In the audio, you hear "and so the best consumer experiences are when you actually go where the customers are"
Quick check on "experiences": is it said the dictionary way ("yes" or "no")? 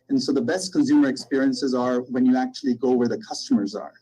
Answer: yes